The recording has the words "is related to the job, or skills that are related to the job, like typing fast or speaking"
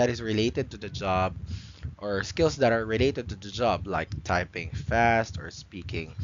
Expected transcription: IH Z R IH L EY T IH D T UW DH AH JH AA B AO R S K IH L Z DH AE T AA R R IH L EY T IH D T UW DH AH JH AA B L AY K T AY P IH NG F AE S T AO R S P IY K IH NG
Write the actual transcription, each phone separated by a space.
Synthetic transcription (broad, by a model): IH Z R IH L EY T IH D T UW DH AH JH AA B AO R S K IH L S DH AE T AA R R IH L EY T IH D T UW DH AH JH AA B L AY K T AY P IH NG F AE S T AO R S P IY K IH NG